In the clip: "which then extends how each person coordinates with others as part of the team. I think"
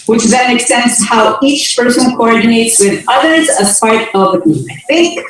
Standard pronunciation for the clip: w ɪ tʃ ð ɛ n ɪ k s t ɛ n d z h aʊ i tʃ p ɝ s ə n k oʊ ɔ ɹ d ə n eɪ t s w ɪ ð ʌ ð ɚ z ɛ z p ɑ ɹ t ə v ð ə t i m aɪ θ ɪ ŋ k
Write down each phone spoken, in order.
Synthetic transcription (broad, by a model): w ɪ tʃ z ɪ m ɪ k s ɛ n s h aʊ i tʃ p ɝ s ə n k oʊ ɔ ɹ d n eɪ t s w ɪ ð ʌ ð ɚ z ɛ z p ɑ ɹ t ə v ð ə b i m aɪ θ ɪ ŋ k